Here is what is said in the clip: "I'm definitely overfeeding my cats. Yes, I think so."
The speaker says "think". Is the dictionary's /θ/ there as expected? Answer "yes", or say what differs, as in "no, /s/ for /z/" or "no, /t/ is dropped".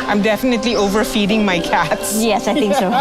no, /t/ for /θ/